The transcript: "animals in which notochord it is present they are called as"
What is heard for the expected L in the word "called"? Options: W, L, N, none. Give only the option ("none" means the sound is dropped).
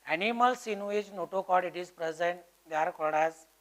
none